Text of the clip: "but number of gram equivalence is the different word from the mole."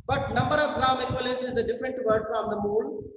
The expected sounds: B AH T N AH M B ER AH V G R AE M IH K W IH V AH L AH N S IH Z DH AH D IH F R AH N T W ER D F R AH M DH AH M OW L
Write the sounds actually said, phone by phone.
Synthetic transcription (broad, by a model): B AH T N AH M B ER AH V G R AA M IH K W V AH L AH S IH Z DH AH D IH F R AH N T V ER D F R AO M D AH M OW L